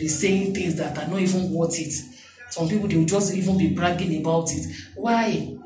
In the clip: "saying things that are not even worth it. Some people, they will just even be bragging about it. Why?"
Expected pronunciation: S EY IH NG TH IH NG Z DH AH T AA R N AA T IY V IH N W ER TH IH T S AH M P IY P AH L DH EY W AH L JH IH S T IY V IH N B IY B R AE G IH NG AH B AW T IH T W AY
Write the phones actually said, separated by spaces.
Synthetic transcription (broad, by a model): S EY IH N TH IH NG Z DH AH T AA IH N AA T IY V IH N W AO T IH T S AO M P IY P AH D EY W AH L JH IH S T IY V IH N B IY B R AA G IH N AH B AW T IH T W AY